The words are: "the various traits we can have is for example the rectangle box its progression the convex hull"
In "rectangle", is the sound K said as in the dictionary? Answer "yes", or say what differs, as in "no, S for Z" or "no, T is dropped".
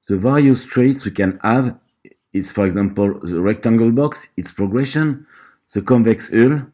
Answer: yes